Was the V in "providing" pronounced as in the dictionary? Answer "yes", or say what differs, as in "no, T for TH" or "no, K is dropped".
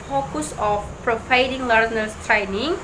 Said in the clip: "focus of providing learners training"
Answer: no, P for V